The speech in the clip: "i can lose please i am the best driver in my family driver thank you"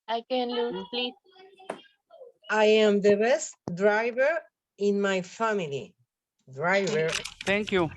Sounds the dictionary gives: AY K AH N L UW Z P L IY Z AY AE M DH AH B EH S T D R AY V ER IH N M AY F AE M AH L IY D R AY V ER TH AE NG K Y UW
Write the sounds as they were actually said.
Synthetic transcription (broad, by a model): AY K AH N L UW P L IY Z AY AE M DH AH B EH S T D R AY V ER IH N M AY F AE M AH L IY D R AY V ER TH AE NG K Y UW